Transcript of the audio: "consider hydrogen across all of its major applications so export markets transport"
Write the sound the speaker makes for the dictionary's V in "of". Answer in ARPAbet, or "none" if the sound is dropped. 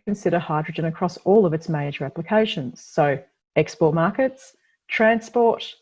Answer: V